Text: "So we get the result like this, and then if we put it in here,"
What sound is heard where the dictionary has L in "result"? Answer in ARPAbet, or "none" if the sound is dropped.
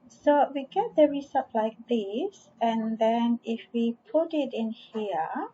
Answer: none